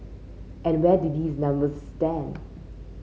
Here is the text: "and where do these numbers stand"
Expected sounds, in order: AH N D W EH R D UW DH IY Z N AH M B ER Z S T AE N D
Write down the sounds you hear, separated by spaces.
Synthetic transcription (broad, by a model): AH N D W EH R D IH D IY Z N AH M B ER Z S T AE N D